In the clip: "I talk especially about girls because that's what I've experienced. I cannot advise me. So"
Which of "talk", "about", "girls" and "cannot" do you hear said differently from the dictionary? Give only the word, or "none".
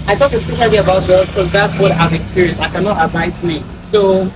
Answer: girls